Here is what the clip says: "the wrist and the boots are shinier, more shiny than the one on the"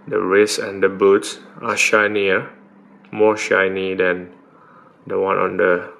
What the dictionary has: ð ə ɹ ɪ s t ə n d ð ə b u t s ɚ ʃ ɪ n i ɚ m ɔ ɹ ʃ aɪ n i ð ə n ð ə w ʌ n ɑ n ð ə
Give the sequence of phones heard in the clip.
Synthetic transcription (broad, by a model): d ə ɹ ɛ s ə n d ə b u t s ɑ ʃ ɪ n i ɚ m ɔ ʃ aɪ n i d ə n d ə w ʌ n ɑ n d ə